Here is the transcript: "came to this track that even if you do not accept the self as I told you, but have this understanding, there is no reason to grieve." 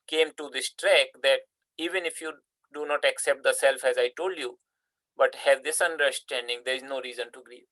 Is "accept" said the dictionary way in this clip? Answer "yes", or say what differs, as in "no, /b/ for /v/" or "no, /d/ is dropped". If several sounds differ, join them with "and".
yes